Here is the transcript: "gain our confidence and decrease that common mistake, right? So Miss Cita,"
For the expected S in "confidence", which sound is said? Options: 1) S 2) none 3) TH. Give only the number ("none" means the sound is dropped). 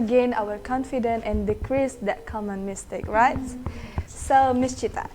2